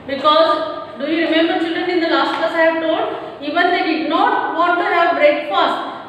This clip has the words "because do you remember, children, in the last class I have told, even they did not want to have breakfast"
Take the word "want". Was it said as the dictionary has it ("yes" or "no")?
no